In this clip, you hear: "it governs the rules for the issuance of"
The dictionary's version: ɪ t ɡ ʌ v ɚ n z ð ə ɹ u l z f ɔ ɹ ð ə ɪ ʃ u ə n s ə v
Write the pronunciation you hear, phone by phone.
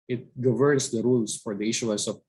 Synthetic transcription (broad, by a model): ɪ t ɡ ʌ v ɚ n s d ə ɹ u l s f ɔ ɹ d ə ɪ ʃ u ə l s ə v